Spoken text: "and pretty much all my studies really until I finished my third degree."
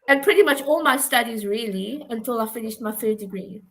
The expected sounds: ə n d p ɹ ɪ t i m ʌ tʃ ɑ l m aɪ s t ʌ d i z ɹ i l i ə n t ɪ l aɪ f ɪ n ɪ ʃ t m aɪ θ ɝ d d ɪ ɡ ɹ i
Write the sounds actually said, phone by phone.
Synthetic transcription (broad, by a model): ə n p ɹ ɪ t i m ʌ tʃ ɑ l m aɪ s t ʌ d i z ɹ i l i ə n t ɪ l aɪ f ɪ n ɪ ʃ t m aɪ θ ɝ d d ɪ ɡ ɹ i